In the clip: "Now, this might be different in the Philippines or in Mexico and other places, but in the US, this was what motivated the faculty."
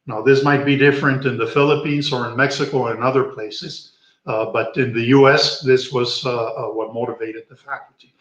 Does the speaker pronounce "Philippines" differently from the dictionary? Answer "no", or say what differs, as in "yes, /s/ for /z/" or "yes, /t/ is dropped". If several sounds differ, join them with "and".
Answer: no